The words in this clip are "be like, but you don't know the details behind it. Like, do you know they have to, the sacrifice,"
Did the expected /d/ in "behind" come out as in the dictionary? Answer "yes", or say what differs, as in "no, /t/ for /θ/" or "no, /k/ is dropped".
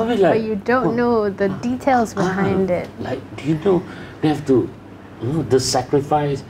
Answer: yes